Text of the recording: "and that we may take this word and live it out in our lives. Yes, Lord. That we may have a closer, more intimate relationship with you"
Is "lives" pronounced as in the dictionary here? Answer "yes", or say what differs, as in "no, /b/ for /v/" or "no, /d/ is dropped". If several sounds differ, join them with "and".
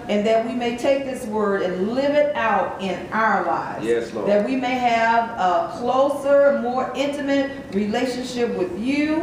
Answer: yes